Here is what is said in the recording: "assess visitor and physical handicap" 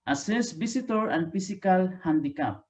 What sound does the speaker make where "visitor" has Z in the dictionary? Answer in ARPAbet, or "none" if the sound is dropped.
S